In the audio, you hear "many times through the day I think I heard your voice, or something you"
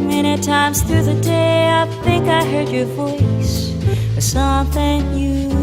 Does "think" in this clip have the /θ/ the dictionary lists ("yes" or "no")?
yes